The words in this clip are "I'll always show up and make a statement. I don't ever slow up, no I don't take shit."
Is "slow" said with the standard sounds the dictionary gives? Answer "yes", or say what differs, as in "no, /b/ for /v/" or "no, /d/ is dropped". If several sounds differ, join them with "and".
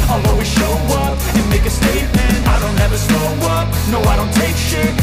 no, /l/ is dropped